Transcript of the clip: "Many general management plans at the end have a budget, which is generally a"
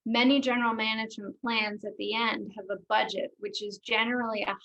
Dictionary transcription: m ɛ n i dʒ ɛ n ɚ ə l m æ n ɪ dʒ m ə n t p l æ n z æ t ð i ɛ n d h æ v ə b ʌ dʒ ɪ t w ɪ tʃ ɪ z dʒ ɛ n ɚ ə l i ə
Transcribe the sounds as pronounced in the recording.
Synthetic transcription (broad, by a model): m ɛ n i dʒ ɛ n ɚ l m æ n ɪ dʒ m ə n p l æ n z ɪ t ð i ɛ n d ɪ v ə b ʌ dʒ ɪ t w ɪ tʃ ɪ z dʒ ɛ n ɚ l i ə